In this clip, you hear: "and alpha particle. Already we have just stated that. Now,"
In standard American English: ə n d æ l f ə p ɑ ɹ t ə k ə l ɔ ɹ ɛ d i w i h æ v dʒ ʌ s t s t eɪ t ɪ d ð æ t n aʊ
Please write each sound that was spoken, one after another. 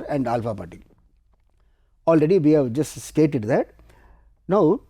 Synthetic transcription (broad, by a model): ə n d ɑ l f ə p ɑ t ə ə l ɹ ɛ d i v i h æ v dʒ ʌ s t s t eɪ t ɪ d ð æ t n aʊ